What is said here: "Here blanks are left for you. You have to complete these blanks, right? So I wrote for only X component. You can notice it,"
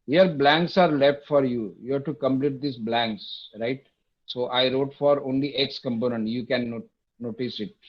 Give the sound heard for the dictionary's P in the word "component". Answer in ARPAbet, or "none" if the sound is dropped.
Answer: P